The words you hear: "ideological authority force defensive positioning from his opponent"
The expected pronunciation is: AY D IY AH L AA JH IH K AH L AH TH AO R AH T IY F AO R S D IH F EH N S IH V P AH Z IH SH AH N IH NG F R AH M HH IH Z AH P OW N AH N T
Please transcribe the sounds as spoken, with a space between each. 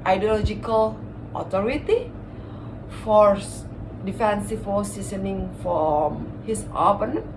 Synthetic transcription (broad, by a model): AY D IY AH L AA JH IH K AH L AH T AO R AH T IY F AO R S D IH F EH N S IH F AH S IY S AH N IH NG F R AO M HH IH S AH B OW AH N